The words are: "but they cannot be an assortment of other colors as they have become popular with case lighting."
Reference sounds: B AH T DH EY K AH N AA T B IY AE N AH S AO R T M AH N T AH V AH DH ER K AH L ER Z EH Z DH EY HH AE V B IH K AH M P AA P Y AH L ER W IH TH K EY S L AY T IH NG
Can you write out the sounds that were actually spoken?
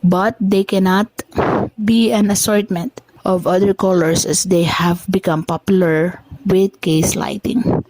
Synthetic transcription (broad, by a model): B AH T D EY K AH N AA T B IY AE N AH S AO R T M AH N T AH V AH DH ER K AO L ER S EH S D EY HH AE V B IH K AH M P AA P Y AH L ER W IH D K EY S L AY T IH NG